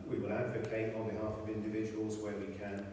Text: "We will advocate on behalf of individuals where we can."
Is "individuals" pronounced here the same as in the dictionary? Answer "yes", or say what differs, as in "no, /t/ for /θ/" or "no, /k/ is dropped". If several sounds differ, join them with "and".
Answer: yes